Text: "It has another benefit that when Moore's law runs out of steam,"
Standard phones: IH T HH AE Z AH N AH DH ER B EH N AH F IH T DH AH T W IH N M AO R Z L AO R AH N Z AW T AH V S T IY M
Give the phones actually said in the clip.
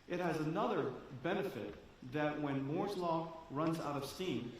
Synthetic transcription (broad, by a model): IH T HH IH Z AH N AH DH ER B EH N AH F IH T DH AH T W IH N M AO R Z L AO R AH N Z AW T AH V S T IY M